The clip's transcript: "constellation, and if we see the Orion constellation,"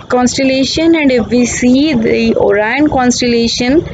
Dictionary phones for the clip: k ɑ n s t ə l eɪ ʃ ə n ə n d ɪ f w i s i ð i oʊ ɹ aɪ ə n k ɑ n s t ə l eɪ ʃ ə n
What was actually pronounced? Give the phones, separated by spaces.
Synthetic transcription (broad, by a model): k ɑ n s t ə l eɪ ʃ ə n ə n d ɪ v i s i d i oʊ ɹ aɪ ə n k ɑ n s t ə l eɪ ʃ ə n